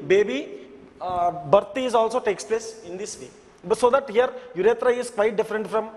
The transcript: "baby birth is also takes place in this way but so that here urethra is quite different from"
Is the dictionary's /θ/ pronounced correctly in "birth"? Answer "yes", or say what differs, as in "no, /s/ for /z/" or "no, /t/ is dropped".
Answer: no, /t/ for /θ/